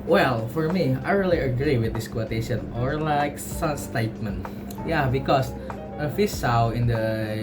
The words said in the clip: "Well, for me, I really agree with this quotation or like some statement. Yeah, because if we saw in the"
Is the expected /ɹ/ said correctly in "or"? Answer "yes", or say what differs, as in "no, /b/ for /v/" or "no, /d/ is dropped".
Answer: yes